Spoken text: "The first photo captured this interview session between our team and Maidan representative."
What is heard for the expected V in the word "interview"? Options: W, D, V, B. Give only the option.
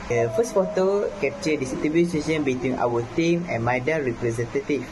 B